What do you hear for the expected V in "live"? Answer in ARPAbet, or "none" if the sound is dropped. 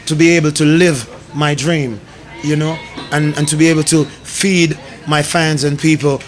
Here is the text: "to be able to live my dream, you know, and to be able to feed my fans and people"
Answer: V